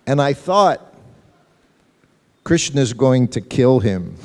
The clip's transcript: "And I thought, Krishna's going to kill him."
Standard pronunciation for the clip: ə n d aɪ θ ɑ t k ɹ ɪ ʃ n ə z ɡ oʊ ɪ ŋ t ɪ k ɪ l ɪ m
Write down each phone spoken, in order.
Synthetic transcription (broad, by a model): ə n aɪ θ ɑ t k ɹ ɪ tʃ n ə z ɡ oʊ ɪ ŋ t ɪ k ɪ l ɪ m